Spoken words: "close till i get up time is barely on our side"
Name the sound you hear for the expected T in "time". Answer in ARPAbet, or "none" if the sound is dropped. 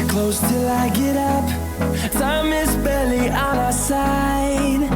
S